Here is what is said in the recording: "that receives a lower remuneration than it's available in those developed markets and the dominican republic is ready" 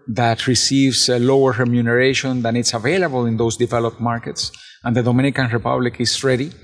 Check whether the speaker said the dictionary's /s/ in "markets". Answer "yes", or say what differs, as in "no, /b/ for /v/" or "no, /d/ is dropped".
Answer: yes